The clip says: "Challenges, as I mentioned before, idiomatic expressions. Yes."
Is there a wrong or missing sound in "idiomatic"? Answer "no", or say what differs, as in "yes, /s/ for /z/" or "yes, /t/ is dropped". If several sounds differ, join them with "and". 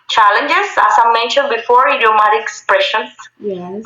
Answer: yes, /k/ is dropped